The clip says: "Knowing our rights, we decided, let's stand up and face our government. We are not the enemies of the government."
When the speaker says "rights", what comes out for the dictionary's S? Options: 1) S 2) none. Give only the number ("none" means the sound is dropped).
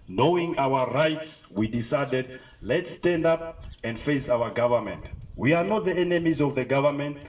1